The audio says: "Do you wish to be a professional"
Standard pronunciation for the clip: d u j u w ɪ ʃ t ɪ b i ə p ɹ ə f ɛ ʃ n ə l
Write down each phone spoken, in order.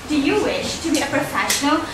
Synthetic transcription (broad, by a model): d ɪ j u w ɪ ʃ t ɪ b i ə p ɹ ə f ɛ ʃ n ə l